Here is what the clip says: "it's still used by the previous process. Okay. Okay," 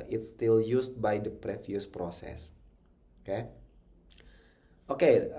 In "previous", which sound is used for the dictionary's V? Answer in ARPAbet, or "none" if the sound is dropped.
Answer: F